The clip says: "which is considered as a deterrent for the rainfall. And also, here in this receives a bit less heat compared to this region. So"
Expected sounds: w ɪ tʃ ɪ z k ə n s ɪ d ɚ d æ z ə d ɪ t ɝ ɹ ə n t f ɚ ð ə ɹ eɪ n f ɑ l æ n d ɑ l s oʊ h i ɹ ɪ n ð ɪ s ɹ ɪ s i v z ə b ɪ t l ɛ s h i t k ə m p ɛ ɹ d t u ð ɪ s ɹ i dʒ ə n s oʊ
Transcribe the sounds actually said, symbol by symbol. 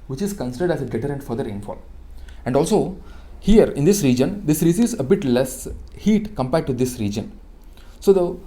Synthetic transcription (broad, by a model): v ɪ tʃ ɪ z k ə n s ɪ d ɚ d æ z ə d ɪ t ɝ ɹ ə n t f ɚ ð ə ɹ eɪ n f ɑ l æ n d ɑ l s oʊ h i ɹ ɪ n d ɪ s ɹ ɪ s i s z ə b ɪ t l ɛ s h i t k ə m p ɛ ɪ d t u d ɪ s ɹ i dʒ ə n s oʊ